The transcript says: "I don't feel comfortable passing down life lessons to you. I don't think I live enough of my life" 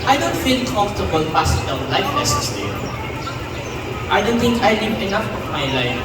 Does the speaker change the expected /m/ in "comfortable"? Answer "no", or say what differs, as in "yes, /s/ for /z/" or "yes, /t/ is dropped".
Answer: yes, /m/ is dropped